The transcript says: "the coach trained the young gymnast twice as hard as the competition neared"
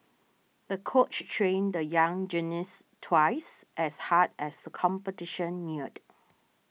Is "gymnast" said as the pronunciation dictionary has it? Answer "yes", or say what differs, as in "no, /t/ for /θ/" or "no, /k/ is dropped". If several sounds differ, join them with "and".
no, /m/ is dropped